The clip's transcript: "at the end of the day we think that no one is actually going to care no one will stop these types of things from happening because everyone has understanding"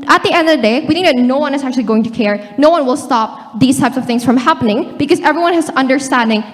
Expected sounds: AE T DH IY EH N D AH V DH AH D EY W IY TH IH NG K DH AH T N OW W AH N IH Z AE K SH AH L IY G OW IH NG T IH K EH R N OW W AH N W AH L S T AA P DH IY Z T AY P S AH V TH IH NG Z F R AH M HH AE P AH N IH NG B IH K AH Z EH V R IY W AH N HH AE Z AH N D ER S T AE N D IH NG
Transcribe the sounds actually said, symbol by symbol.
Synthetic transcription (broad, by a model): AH T DH IY EH N D AH V DH AH D EY W IY TH IH NG K DH AH T N OW W AH N IH Z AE K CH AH L IY G OW IH NG T IH K EH R N OW W AH N W AH L S T AA P DH IY Z T AY P S AH V TH IH NG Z F R AH M HH AE P AH N IH NG B IH K AH Z EH V R IY W AH N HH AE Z AH N D ER S T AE N D IH NG